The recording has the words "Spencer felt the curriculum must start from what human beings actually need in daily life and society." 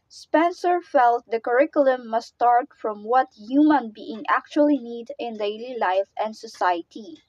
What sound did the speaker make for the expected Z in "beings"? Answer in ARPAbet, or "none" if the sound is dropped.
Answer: none